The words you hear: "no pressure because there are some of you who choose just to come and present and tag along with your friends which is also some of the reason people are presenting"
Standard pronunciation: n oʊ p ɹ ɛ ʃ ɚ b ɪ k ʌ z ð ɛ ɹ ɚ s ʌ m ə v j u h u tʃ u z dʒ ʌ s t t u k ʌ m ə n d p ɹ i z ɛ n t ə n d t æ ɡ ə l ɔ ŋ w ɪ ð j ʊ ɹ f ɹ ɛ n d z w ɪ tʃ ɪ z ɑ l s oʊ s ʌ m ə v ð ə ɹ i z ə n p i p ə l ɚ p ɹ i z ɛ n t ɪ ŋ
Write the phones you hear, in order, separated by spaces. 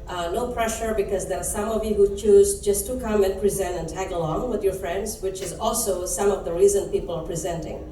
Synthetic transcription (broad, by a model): n oʊ p ɹ ɛ ʃ ɚ b ɪ k ʌ z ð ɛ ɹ s ʌ m ə v j u h u tʃ u z dʒ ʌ s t t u k ʌ m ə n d p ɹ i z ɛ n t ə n t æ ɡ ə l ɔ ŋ w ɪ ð j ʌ ɹ f ɹ ɛ n d z w ɪ tʃ ɪ z ɑ l s oʊ s ʌ m ə v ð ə ɹ i z ə n p i p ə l ɚ p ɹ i z ɛ n t ɪ ŋ